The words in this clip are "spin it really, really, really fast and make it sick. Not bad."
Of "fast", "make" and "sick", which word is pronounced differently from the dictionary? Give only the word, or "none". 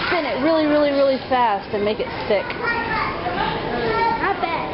none